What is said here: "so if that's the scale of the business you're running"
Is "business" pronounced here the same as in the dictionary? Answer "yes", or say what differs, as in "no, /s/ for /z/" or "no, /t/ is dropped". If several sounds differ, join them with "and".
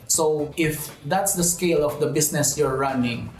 no, /s/ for /z/